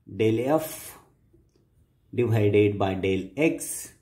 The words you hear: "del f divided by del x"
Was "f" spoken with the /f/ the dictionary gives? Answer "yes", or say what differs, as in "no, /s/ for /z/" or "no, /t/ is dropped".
yes